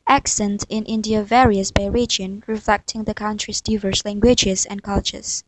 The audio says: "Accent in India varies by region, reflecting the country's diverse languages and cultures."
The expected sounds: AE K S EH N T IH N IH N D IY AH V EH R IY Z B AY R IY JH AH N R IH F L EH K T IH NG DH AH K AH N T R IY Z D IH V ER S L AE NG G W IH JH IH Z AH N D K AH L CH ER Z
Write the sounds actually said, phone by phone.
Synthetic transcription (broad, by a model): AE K S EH N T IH N IH N D IY AH V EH R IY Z B AY R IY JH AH N R IH F L EH K T IH NG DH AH K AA N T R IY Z D IH V ER S L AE NG G W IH JH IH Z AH N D K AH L CH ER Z